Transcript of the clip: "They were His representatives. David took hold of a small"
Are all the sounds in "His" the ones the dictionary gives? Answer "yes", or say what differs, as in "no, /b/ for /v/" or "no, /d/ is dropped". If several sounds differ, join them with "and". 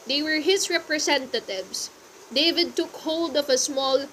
no, /s/ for /z/